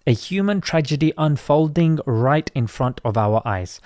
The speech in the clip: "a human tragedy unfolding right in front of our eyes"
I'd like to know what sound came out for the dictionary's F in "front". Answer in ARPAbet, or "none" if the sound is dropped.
F